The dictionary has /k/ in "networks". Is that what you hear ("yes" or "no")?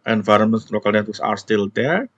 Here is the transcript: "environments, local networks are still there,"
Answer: no